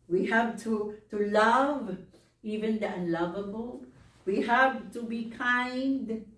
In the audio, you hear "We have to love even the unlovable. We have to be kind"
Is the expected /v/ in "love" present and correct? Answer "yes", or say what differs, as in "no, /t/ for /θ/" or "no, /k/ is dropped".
yes